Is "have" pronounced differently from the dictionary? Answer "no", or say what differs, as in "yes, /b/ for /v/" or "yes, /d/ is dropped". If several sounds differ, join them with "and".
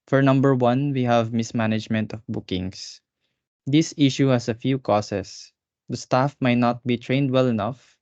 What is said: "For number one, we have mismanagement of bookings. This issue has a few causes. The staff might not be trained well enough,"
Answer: no